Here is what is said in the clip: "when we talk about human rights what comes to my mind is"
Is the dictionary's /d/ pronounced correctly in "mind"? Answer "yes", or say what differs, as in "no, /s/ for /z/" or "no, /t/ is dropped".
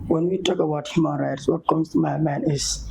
no, /d/ is dropped